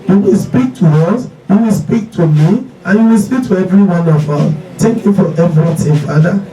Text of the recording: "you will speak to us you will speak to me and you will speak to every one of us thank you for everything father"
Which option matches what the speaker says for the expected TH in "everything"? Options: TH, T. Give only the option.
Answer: T